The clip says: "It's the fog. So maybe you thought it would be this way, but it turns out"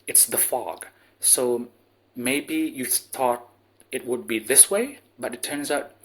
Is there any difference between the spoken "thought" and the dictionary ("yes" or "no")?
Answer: no